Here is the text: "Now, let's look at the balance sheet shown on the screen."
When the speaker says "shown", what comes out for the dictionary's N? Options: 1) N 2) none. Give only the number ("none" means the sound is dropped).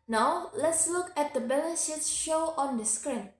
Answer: 2